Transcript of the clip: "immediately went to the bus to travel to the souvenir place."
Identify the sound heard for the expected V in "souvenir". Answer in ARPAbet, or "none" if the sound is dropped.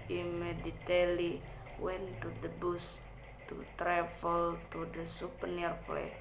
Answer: P